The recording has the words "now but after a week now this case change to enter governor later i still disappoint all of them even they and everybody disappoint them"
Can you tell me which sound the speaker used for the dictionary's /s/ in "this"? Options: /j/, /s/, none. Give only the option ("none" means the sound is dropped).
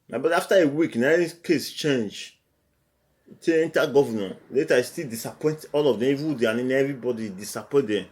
none